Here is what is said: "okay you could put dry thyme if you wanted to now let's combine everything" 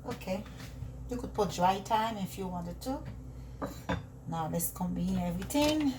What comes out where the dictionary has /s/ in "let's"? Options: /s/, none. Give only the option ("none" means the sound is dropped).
/s/